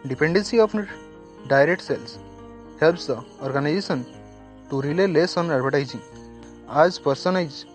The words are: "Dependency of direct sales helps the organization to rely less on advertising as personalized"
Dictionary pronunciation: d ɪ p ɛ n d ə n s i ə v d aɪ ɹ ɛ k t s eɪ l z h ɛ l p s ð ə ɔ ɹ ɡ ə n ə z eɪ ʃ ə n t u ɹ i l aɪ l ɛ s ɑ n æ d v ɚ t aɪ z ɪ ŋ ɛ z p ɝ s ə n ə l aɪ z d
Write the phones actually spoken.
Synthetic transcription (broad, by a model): d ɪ p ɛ n d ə n s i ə f d aɪ ɹ ɛ k t s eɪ l s h ɛ l p s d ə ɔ ɹ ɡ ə n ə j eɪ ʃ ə n t u ɹ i l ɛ l ɛ s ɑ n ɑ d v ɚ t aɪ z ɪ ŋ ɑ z p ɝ s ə n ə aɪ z